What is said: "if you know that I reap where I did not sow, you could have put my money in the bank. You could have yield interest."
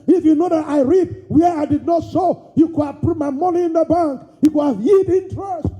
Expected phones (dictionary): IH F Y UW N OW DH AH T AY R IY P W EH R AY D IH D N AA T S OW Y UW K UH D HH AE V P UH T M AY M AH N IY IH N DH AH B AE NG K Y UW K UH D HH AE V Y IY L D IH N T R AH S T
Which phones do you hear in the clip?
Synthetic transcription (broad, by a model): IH F Y UW N OW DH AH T AY R IY P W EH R AY D IH D N AA T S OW Y UW K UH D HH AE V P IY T M AY M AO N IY IH N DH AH B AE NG K Y UW K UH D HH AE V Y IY D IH N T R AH S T